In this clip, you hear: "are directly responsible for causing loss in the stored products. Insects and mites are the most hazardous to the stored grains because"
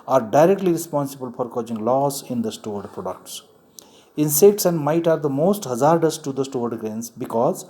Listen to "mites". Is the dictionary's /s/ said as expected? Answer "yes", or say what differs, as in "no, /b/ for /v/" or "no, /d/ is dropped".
no, /s/ is dropped